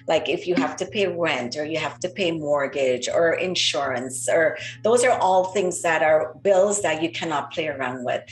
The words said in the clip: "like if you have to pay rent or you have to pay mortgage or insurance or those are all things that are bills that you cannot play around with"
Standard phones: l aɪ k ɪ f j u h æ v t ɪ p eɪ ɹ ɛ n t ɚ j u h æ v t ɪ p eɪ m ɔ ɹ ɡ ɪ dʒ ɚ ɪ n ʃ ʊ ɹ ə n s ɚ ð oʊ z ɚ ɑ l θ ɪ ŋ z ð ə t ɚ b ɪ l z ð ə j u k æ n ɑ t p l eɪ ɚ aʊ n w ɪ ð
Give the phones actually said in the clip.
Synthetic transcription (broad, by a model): l aɪ k ɪ f j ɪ h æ f t ɪ p eɪ ɹ ɛ n t ɚ j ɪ h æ f t ɪ p eɪ m ɔ ɹ ɡ ɪ dʒ ɚ ɪ n ʃ ʊ ɹ ə n s ɚ ð oʊ z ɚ ɑ l θ ɪ ŋ z ð ə t ɚ b ɪ l z ð ə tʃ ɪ k æ n ɑ t p l eɪ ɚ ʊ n w ɪ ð